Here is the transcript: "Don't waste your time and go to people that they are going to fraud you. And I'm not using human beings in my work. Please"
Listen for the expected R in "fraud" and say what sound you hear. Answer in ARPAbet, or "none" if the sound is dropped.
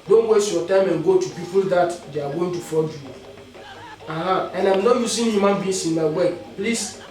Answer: none